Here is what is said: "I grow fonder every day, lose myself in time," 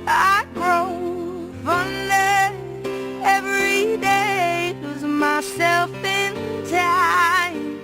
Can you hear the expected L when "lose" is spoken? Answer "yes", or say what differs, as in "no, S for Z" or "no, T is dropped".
no, W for L